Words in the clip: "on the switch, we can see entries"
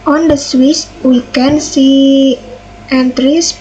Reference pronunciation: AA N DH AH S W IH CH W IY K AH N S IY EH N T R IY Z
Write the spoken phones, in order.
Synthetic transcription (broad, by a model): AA N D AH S W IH S W IY K AH N S IY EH N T R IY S